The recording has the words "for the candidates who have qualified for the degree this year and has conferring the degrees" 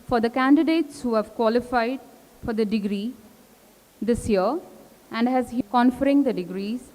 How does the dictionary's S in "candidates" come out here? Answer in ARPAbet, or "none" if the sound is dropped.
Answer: S